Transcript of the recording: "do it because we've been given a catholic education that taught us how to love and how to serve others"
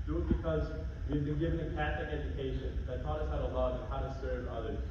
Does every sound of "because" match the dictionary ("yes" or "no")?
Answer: yes